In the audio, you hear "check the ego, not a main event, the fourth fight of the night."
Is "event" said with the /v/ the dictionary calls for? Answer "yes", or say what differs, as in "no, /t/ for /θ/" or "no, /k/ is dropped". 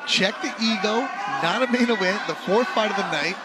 no, /w/ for /v/